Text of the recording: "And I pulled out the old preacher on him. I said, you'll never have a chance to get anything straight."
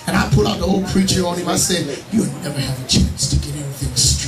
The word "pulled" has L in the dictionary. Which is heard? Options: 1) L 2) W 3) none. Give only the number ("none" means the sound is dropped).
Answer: 3